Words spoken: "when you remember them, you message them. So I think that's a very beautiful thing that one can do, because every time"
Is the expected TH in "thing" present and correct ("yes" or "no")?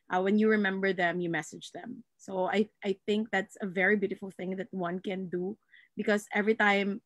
yes